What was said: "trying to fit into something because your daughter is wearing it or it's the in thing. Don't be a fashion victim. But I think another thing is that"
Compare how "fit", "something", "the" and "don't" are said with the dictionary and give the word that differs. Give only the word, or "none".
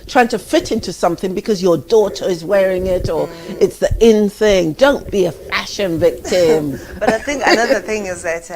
none